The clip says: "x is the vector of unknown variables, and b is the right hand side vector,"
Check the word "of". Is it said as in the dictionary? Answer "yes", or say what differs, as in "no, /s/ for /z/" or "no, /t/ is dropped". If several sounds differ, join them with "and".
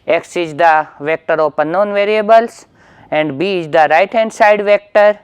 no, /p/ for /v/